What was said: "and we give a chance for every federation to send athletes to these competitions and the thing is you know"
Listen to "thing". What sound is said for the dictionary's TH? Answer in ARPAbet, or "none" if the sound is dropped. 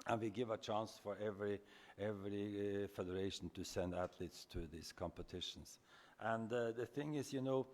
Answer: TH